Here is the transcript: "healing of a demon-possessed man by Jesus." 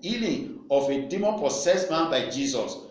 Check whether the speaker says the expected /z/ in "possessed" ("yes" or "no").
no